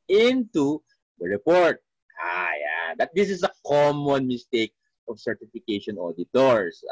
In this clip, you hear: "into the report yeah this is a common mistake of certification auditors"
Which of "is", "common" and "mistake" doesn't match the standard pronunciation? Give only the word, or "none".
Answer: is